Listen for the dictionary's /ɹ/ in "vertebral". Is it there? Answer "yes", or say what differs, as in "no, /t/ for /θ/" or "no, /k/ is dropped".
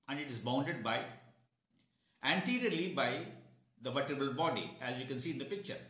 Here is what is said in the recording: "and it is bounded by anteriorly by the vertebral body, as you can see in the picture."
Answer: no, /ɹ/ is dropped